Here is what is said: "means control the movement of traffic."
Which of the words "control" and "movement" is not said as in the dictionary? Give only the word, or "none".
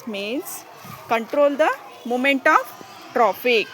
movement